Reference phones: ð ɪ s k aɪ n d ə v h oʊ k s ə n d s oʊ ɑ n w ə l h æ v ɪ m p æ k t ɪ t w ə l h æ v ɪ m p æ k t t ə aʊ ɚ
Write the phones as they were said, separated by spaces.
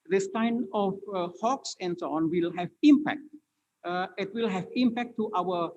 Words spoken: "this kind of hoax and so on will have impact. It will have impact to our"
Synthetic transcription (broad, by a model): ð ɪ s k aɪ n ə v h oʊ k s ə n d s oʊ ɑ n w ə l h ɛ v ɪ m p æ k t ɪ t w ə l h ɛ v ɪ m p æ k t t aʊ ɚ